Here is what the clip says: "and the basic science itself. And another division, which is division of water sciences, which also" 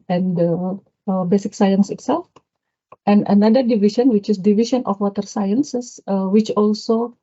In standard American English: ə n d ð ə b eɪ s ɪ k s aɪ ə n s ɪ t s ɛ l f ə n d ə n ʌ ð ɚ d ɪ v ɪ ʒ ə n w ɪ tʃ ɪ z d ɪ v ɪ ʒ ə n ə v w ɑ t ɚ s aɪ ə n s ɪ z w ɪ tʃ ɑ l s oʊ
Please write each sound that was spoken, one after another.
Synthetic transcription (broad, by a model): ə n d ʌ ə b eɪ s ɪ k s aɪ ə n s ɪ t s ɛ l f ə n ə n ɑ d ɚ d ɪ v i ʃ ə n w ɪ tʃ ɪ s d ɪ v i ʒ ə n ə f w ɑ t ɚ s aɪ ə n s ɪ s w ɪ tʃ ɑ l s oʊ